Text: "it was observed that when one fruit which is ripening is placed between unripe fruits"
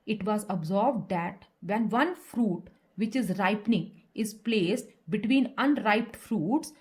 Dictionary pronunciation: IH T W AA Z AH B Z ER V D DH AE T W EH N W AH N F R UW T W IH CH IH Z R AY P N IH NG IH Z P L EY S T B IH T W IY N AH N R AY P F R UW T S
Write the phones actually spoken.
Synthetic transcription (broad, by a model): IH T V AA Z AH B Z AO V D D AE T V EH N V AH N F R UW T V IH CH IH Z R AY P N IH NG IH Z P L EY S T B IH T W IY N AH N R AY P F R UW T S